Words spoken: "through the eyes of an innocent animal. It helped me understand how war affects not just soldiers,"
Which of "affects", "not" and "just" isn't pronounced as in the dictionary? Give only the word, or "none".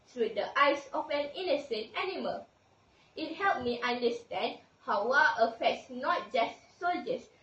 none